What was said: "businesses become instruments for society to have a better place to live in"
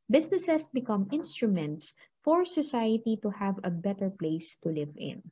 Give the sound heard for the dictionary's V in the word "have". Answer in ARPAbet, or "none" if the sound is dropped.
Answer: V